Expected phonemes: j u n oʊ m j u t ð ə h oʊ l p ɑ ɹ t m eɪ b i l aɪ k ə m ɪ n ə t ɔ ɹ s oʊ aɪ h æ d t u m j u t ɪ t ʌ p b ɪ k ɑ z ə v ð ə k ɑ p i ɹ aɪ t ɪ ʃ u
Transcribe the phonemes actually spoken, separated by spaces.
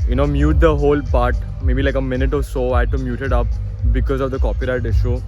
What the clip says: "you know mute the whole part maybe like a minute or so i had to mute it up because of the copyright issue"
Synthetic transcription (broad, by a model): j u n oʊ m j u t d ə h oʊ l p ɑ ɹ t m eɪ b i l aɪ k ə m ɪ n ə t ɔ ɹ s oʊ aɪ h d t u m j u t ɪ t ʌ p b ɪ k ɑ z ə v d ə k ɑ p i ɹ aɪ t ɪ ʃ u